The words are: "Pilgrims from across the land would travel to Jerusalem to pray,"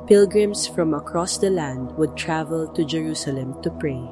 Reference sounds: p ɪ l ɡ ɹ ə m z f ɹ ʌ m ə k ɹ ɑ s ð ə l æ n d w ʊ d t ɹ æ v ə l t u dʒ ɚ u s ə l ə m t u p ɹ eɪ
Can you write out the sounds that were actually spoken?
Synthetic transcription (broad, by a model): p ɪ l ɡ ɹ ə m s f ɹ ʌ m ə k ɹ ɑ s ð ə l æ n d w ʊ d t ɹ æ v ə l t u dʒ ɚ u s ə l ə m t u p ɹ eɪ